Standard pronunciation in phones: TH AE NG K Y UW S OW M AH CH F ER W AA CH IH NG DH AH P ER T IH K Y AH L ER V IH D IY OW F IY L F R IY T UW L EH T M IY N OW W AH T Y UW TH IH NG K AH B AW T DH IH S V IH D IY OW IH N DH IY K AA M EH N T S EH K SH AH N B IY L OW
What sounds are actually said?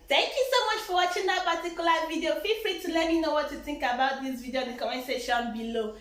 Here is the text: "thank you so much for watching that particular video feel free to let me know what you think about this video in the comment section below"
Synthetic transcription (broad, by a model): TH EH NG K Y UW S OW M AH CH F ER W AA CH IH NG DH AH P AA T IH K Y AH L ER V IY D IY OW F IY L F R IY T UW L EH T M IY N OW W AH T Y UW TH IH NG K AH B AW T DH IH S V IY D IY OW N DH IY K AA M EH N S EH SH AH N B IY L OW